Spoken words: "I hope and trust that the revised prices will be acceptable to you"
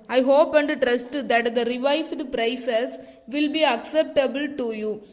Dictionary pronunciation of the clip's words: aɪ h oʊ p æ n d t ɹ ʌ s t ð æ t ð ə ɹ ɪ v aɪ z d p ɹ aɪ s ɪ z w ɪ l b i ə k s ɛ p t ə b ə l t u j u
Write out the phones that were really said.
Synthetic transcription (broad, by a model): aɪ h oʊ p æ n d t ɹ ʌ s t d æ t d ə ɹ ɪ v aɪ s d p ɹ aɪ s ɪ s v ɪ l b i ə k s ɛ p t ə b ə l t u j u